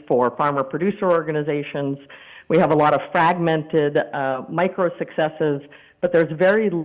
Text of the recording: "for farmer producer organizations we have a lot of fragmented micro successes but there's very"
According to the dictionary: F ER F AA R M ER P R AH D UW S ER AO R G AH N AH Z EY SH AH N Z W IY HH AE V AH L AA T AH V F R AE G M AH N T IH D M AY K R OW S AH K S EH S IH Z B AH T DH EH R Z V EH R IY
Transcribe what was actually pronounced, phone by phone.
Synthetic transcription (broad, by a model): F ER F AA R M ER P R AH D UW S ER AO R G AH N AH Z EY SH AH N Z W IY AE V AH L AA T AH V F R AE G M AH N T IH D M AY K R OW S AH K S EH S IH Z B AH T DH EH R Z V EH R IY